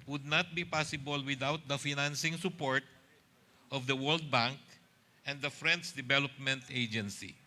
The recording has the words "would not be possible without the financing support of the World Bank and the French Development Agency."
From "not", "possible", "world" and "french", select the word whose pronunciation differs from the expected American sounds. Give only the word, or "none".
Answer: french